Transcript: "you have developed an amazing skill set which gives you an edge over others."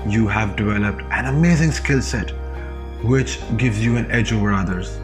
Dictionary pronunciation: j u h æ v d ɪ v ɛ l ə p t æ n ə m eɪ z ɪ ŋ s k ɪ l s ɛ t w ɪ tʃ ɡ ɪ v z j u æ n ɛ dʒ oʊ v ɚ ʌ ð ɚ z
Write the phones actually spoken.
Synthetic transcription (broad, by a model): j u h æ v d ɪ v ɛ l ə p t æ n ə m eɪ z ɪ ŋ s k ɪ l s ɛ t w ɪ tʃ ɡ ɪ v z j u æ n ɛ dʒ oʊ v ɚ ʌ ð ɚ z